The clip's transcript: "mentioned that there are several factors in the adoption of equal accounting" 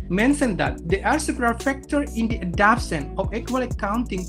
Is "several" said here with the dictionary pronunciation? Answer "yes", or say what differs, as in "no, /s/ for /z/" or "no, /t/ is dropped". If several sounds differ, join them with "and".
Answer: no, /p/ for /v/